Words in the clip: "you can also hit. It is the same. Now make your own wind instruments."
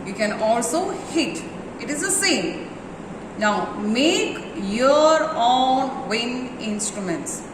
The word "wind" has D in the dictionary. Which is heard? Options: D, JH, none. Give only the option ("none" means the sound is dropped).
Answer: none